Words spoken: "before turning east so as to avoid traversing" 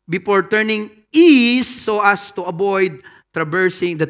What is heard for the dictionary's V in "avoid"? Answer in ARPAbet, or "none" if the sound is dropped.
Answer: B